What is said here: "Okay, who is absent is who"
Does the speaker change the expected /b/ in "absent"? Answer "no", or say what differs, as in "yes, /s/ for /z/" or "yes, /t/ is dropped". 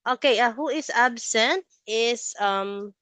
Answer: no